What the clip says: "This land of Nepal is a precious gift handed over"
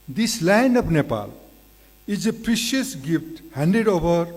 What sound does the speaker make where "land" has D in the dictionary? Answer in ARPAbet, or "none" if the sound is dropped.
none